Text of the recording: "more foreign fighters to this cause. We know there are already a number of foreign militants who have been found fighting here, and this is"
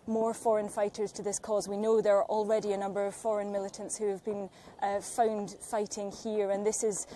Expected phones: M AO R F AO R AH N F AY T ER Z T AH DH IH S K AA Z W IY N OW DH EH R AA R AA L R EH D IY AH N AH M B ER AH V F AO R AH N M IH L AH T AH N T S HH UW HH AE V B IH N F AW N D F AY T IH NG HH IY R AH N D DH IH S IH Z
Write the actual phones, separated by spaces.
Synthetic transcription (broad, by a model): M AO R F AO R AH N F AY T ER Z T AH DH IH S K AA Z W IY N OW DH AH R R AA L R EH D IY AH N AH M B ER AH V F AO R AH N M IH L AH T AH N T S HH UW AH V B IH N F AW N D F AY T IH NG HH IY R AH N DH IH S IH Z